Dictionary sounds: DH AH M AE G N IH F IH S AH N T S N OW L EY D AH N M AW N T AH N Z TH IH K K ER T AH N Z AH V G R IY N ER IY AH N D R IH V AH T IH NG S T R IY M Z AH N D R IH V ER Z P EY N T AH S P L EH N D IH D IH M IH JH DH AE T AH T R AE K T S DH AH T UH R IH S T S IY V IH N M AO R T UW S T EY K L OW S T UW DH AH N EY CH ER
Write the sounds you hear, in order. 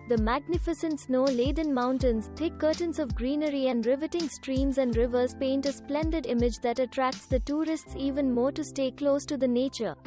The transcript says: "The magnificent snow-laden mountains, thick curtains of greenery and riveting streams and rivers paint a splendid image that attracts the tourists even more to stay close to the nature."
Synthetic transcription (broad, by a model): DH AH M AE G N IH F IH S AH N T S N OW L EY D AH N M AW N T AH N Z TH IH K K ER T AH N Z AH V G R IY N ER IY AH N D R IH V AH T IH NG S T R IY M Z AH N D R IH V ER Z P EY N T AH S P L EH N D IH D IH M IH JH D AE T AH T R AE K T S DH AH T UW R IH S T S IY V IH N M AO R T UW S T EY K L OW S T UW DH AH N EY CH ER